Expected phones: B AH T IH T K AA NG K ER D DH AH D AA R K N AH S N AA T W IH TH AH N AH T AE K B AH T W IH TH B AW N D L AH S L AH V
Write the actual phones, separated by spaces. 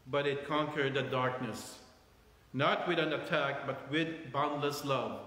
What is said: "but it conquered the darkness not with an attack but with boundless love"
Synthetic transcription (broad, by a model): B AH T IH T K AA NG K ER D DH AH D AA R K N AH S N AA T W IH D AH N AH T AE K B AH T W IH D B AW N D L AH S L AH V